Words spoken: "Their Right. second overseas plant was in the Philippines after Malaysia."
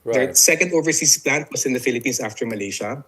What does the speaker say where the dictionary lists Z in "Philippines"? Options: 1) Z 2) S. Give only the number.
2